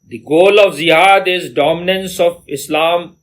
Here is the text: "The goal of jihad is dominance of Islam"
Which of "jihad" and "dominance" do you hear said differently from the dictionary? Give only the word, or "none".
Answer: jihad